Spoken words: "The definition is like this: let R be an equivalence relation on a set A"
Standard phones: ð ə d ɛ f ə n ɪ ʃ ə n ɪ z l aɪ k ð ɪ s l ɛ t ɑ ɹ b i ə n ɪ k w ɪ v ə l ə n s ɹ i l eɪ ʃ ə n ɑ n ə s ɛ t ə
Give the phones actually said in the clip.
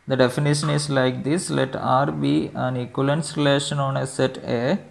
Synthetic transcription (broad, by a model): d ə d ɛ f ə n ɪ ʃ ə n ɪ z l aɪ k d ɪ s l ɛ t ɑ ɹ b i ə n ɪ k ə l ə n s ɹ i l eɪ ʃ ə n ɑ n ə s ɛ t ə